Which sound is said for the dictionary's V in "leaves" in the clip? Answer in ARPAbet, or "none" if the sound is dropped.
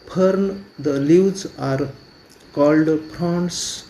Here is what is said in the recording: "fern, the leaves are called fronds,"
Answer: W